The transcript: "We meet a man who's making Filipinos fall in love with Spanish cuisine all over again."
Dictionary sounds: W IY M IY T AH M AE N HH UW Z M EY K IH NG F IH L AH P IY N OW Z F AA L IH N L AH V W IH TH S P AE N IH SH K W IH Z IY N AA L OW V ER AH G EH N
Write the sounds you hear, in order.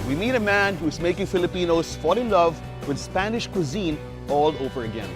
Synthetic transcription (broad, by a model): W IY M IY T AH M AE N HH UW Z M EY K IH NG F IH L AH P IY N OW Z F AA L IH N L AH V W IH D S P AE N IH SH K W IH Z IY N AA L OW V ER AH G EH N